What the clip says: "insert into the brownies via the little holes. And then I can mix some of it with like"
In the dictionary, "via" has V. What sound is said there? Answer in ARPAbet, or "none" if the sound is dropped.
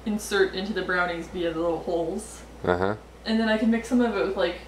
B